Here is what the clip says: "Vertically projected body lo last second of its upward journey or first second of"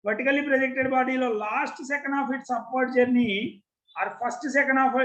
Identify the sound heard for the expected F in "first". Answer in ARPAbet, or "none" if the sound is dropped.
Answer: P